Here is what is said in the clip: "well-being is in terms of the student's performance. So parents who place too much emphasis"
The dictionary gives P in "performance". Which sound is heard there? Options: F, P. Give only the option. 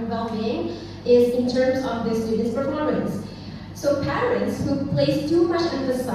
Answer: F